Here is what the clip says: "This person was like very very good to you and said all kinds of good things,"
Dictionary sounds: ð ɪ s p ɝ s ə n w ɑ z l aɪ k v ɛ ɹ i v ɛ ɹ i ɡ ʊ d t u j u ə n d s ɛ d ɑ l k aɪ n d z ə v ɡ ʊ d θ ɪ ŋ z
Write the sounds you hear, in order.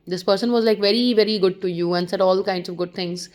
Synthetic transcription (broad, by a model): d ɪ s p ɝ s ə n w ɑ z l aɪ k v ɛ ɹ i v ɛ ɹ i ɡ ʊ d t u j u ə n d s ɛ d ɑ l k aɪ n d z ə v ɡ ʊ d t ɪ ŋ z